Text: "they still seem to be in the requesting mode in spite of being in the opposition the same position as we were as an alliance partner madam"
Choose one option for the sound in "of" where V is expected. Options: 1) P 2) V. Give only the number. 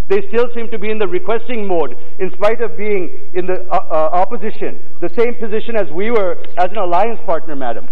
2